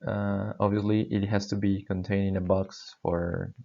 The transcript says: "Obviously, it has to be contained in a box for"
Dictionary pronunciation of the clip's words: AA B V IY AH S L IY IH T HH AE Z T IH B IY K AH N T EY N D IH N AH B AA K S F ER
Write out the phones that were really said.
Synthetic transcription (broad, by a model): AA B V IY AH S L IY IH T HH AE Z T IH B IY K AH N T EY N IH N AH B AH K S F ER